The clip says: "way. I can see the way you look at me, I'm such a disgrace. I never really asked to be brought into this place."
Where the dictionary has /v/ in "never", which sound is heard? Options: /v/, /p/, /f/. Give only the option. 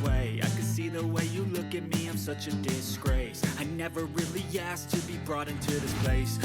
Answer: /v/